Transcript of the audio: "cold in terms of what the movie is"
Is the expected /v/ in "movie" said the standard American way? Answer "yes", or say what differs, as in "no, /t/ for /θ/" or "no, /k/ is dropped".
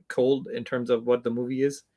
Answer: yes